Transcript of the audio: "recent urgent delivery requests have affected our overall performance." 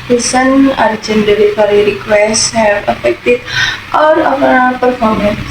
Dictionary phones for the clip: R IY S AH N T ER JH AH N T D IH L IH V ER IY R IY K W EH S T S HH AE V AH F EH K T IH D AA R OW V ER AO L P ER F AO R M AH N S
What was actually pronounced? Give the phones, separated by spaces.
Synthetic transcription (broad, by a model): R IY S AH N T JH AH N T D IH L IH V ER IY R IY K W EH S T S HH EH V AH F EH K T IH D AA R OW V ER P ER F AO R M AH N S